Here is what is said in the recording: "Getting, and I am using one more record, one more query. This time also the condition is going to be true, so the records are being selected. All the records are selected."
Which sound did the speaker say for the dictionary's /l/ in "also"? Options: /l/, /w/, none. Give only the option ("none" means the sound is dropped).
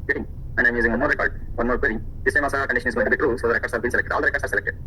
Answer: none